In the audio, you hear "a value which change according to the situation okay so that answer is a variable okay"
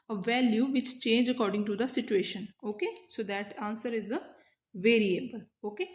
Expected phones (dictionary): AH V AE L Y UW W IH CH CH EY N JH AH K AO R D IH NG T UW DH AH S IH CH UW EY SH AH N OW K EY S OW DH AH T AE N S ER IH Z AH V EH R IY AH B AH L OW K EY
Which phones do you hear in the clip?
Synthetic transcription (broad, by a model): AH V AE L Y UW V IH CH CH EY N JH AH K AO R D IH NG T UW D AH S IH CH UW EY SH AH N OW K EY S OW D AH T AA N S ER IH Z AH V EH R IY AH B AH L OW K EY